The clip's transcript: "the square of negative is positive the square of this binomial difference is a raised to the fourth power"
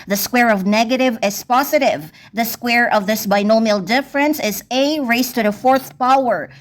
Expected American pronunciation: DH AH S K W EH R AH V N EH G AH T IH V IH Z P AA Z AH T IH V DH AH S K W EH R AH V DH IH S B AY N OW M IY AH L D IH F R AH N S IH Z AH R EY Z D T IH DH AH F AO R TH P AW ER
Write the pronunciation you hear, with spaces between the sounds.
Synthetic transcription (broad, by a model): DH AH S K W EH R AH V N EH G AH T IH V IH Z P AA Z AH T IH V DH AH S K W EH R AH V DH IH S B AY N OW M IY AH L D IH F R AH N S IH Z AH R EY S T IH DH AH F AO R TH P AW ER